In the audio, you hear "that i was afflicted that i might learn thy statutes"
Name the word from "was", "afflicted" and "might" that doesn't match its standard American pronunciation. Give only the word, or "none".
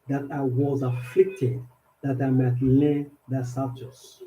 none